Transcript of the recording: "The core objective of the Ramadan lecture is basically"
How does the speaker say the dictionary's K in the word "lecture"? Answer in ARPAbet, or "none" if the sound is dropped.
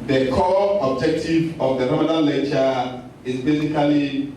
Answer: none